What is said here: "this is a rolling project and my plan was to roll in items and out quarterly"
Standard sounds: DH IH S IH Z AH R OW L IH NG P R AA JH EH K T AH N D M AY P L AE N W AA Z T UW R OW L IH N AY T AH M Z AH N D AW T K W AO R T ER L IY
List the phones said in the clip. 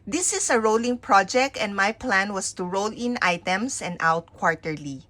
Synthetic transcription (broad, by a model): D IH S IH S AH R OW L IH NG P R AA JH EH K T AH N D M AY P L AE N W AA S T UW R OW L IH N AY T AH M S AH N D AW T K W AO R T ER L IY